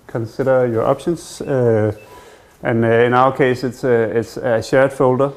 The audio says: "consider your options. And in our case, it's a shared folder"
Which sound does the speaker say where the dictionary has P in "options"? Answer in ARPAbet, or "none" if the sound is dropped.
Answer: B